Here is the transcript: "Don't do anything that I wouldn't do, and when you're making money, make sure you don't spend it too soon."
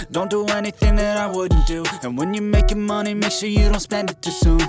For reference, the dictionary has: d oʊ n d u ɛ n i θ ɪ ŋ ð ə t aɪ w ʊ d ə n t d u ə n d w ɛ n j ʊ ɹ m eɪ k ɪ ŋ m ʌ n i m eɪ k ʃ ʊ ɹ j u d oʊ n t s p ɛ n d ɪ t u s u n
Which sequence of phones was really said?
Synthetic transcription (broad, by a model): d oʊ n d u ɛ n i θ ɪ ŋ ð ə t aɪ w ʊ d n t d u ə n w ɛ n j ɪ m eɪ k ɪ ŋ m ʌ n i m eɪ k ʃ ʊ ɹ j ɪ d oʊ n t s p ɛ n d ɪ t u s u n